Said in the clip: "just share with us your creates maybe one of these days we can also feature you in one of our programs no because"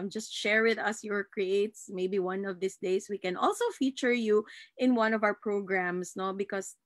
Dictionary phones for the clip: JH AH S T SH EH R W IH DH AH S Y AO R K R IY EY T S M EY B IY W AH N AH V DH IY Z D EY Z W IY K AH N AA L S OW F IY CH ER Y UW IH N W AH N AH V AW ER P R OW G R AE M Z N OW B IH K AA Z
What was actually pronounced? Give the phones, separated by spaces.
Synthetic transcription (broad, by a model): JH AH S T SH EH R W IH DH AH S Y AO R K R IY EY T S M EY B IY W AH N AH V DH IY S D EY S W IY K AH N AA L S OW F IY CH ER Y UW IH N W AH N AH V AW ER P R OW G R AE M S N OW B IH K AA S